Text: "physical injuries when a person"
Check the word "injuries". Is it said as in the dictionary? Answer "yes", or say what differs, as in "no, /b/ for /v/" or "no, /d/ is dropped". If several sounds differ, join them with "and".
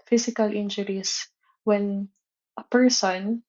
no, /s/ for /z/